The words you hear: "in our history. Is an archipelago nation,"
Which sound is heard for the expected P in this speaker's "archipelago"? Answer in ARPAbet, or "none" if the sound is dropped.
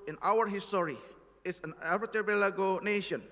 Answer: B